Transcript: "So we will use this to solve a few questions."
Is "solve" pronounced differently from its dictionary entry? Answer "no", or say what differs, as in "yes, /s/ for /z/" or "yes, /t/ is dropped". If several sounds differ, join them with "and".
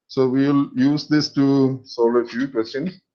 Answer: yes, /v/ is dropped